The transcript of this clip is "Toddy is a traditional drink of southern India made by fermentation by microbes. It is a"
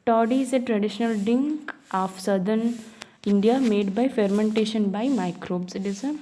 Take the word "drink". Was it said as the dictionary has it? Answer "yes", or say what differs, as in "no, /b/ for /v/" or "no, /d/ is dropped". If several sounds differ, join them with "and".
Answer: no, /ɹ/ is dropped